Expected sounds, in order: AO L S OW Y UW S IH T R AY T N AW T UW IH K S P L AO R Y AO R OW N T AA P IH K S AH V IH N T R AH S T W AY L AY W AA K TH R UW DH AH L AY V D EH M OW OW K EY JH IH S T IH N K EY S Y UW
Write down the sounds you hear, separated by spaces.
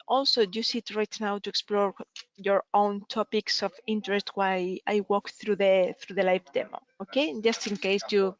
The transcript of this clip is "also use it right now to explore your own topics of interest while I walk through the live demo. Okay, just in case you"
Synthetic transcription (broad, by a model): AO L S OW Y UW S IH T R AY T N AW T UW IH K S P L AO R Y AO R OW N T AA P IH K S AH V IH N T R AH S T W AY AY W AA K TH R UW DH AH L AY F D EH M OW OW K EY JH IH S T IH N K EY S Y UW